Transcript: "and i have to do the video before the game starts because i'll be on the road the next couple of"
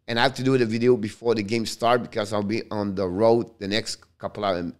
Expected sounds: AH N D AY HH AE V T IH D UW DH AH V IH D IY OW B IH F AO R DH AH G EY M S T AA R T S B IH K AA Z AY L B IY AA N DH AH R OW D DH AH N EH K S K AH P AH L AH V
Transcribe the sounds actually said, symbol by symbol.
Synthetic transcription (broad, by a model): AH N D AY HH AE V T IH D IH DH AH V IH D IY OW B IH F AO R DH AH G EY M S T AA R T B IH K AA Z AY L B IY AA N DH AH R OW D DH AH N EH K S K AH P L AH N